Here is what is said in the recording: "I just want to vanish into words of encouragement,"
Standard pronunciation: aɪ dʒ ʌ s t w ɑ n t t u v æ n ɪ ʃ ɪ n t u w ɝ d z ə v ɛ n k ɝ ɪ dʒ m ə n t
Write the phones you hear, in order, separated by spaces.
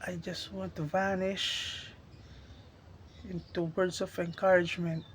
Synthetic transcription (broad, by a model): aɪ dʒ ʌ s t w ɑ n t t u v æ n ɪ ʃ ɪ n t u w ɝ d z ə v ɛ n k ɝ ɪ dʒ m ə n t